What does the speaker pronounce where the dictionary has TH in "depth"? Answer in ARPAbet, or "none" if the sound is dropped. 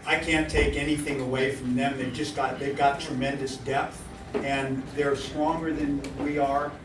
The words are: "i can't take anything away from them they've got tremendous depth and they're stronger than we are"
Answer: TH